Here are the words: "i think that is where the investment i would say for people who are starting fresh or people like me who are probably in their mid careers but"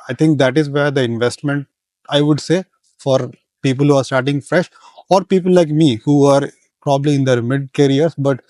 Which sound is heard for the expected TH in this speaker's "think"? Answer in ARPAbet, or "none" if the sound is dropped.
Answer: T